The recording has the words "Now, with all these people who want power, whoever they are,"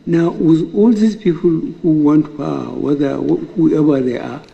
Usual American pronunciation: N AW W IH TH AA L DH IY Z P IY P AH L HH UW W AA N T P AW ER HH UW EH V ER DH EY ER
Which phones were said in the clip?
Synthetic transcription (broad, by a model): N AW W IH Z AA L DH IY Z P IY P AH L HH UW W AA N T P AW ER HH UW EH B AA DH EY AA